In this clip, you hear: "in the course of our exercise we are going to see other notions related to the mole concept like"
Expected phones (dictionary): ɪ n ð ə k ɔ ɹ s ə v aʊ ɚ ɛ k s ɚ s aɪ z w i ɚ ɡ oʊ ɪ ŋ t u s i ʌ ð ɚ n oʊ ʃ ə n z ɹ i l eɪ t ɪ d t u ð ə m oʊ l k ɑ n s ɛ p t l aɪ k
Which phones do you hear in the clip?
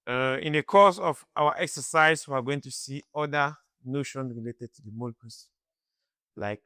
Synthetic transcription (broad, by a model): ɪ n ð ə k ɔ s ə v aʊ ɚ ɛ k s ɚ s aɪ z w i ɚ ɡ oʊ ɪ ŋ t u s i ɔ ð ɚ n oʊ ʃ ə n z ɹ i l eɪ t ɪ d t u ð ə m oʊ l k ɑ s l aɪ k